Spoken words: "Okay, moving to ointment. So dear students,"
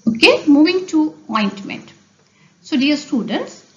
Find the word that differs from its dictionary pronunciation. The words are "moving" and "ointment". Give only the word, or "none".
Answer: none